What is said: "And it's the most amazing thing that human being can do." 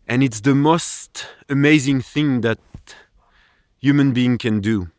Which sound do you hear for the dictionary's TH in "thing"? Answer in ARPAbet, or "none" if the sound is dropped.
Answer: TH